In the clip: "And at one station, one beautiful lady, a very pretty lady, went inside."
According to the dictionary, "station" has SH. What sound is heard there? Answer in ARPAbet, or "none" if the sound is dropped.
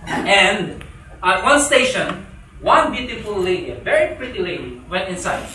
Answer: SH